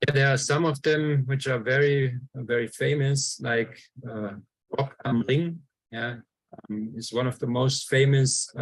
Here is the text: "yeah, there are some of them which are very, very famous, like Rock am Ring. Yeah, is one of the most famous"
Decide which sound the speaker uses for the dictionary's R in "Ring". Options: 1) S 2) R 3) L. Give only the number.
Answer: 3